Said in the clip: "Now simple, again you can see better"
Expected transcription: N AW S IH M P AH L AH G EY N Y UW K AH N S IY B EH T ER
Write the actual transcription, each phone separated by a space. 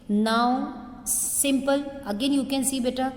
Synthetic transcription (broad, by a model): N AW S IH M P AH L AH G EY N Y UW K AH N S IY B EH T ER